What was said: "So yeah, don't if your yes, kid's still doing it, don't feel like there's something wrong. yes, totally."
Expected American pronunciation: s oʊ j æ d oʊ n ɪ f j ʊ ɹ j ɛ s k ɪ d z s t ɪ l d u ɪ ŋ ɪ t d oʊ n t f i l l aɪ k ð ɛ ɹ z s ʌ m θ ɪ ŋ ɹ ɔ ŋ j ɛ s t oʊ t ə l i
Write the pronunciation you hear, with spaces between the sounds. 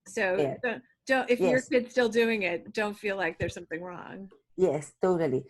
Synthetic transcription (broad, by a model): s oʊ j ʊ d oʊ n ɪ f j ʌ ɹ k ɪ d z s t ɪ l d u ɪ ŋ ɪ t d oʊ n t f i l l aɪ k ð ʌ ɹ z s ʌ m θ ɪ ŋ ɹ ɔ ŋ j ɛ s t oʊ t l i